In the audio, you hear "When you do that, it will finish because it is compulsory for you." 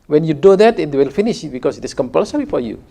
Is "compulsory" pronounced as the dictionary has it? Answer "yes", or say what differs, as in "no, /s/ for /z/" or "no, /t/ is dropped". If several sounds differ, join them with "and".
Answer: yes